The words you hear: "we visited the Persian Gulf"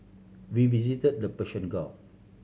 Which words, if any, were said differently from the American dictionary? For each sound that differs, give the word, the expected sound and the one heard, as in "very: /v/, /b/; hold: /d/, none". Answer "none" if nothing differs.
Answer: persian: /ʒ/, /ʃ/; gulf: /f/, none